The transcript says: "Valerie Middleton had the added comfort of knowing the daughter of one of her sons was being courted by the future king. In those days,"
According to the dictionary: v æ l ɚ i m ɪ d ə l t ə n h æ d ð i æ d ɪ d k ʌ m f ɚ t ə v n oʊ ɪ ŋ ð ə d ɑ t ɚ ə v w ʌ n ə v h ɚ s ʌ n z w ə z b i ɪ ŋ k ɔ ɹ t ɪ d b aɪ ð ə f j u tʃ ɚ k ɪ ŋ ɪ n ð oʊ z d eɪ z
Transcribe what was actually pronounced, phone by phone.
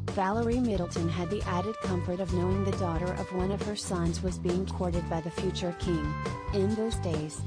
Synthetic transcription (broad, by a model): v æ l ɚ i m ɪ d l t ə n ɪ d ð i æ d ɪ d k ʌ m f ɚ t ə v n oʊ ɪ ŋ ð ə d ɑ t ɚ ə v w ʌ n ə v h ɚ s ʌ n z w ə z b i ɪ ŋ k ɔ ɹ t ɪ d b aɪ ð ə f j u tʃ ɚ k ɪ ŋ ɪ n ð oʊ z d eɪ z